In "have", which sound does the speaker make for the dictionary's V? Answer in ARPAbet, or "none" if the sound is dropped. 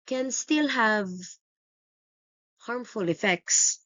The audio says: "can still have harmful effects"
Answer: V